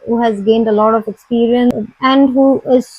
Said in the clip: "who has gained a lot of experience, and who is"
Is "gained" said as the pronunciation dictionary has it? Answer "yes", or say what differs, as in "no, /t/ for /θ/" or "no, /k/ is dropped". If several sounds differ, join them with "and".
yes